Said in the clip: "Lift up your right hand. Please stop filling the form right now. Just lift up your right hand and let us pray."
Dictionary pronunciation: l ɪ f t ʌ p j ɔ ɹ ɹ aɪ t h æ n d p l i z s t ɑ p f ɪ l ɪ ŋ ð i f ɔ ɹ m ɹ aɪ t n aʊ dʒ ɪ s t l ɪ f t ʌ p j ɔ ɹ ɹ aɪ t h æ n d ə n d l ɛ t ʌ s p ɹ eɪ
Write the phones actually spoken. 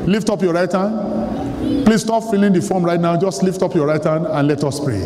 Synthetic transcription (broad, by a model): l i f t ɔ p j ɔ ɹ ɹ aɪ t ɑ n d p l i s t ɑ p f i l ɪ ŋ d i f ɔ m ɹ aɪ t n aʊ dʒ ɪ s t l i f t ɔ p j ɔ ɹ ɹ aɪ t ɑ n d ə n l ɛ t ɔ s p ɹ eɪ